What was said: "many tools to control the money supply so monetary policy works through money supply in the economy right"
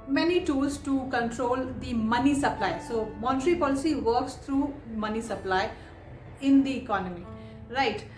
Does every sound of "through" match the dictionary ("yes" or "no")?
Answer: no